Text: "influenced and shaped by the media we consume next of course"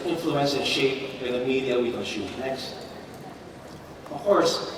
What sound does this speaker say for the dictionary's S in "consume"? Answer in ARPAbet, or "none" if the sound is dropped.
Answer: SH